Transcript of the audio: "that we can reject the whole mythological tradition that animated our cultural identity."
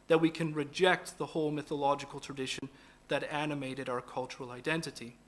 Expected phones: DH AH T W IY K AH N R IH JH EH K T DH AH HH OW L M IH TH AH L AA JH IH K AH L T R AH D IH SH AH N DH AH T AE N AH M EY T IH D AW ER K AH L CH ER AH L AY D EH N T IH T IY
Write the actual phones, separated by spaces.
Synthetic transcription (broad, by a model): DH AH T W IY K AH N R IH JH EH K T DH AH HH OW L M IH TH AH L AA JH IH K AH L T R AH D IH SH AH N DH AH T AE N AH M EY T IH D AW ER K AH L CH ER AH L AY D EH N T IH T IY